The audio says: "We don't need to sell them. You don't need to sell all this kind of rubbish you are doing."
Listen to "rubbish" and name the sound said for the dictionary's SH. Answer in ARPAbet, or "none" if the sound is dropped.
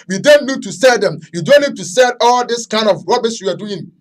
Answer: S